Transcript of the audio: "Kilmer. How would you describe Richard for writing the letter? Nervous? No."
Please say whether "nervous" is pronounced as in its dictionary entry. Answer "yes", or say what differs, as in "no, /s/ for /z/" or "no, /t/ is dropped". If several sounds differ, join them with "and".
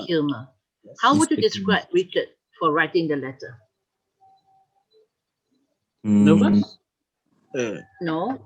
no, /s/ is dropped